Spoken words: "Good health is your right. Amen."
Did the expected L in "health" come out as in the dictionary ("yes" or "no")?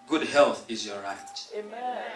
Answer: yes